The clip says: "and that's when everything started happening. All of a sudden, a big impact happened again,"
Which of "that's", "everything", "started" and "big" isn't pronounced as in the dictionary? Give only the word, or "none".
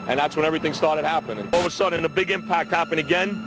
none